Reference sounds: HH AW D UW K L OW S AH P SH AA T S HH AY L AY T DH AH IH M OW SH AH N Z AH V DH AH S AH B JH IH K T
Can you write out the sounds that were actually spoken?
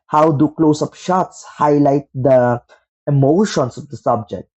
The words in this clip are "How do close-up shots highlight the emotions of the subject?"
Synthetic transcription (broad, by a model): HH AW D UW K L OW S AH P SH AA T S HH AY L AY T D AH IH M OW SH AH N S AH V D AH S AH B JH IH K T